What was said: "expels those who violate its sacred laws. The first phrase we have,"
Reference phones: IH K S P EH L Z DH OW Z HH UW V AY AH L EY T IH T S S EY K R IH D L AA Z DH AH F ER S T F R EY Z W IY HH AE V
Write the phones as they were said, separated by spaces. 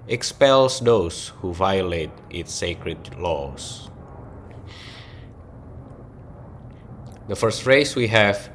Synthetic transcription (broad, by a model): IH K S P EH L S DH OW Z HH UW V AY AH L EY T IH T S S EY K R IH D L AA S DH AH F ER S T F R EY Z W IY HH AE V